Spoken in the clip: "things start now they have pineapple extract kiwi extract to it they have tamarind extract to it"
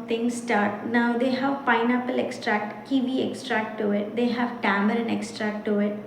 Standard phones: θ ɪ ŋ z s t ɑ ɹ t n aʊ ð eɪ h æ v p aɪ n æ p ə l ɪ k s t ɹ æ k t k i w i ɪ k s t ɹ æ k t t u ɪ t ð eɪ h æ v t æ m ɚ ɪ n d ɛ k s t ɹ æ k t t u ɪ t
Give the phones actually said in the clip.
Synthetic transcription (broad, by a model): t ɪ ŋ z s t ɑ ɹ t n aʊ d eɪ h æ v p aɪ n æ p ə l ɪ k s t ɹ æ k t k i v i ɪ k s t ɹ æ k t t u ɪ t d eɪ h æ v t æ m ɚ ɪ n ɛ k s t ɹ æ k t t u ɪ t